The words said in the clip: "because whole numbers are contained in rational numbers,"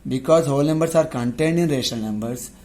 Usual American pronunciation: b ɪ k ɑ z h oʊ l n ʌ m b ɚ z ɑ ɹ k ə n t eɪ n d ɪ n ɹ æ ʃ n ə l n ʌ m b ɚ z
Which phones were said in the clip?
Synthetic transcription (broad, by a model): b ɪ k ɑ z h oʊ l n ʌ m b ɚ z ɑ ɹ k ə n t eɪ n d ɪ n ɹ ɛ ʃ ə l n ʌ m b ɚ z